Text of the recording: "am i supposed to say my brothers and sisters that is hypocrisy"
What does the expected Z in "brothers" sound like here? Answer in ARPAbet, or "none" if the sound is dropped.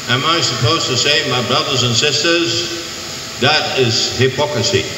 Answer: Z